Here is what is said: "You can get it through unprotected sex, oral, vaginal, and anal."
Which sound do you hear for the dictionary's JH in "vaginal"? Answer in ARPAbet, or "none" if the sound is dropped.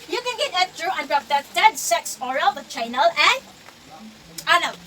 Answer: CH